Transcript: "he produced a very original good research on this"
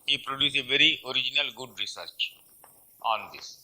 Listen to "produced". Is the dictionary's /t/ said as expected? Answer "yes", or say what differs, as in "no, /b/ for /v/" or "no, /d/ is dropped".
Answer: no, /t/ is dropped